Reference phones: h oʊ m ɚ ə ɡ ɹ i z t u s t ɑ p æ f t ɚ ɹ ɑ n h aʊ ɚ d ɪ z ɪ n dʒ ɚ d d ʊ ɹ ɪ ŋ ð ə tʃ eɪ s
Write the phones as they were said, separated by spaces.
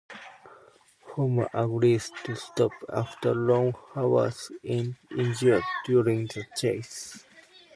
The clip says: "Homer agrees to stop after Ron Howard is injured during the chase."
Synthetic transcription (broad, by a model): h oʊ m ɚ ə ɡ ɹ i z t u s t ɑ p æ f t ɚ l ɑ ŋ h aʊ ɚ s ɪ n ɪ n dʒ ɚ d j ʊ ɹ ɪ ŋ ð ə tʃ eɪ s